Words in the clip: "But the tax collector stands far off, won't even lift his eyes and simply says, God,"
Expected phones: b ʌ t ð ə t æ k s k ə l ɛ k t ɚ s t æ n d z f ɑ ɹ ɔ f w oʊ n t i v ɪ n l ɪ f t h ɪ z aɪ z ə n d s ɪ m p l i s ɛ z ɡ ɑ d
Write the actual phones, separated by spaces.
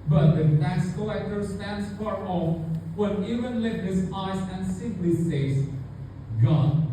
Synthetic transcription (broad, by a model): b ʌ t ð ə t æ s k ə ɛ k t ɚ s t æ n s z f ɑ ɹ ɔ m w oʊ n i v ɪ n l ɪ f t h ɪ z aɪ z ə n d s ɪ m p l i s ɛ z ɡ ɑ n